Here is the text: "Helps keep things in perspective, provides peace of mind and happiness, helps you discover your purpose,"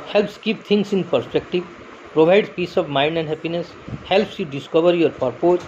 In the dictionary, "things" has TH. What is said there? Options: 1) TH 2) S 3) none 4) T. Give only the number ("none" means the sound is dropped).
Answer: 4